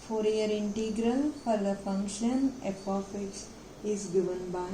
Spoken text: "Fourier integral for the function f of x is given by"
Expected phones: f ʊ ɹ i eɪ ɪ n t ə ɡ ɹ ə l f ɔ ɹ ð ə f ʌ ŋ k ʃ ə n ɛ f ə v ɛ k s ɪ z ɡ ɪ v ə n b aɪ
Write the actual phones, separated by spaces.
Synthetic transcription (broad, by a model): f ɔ ɹ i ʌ ɪ n t ə ɡ ɹ ə l f ɔ ɹ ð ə f ʌ ŋ k ʃ ə n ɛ p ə f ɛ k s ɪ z ɡ ɪ v ə n b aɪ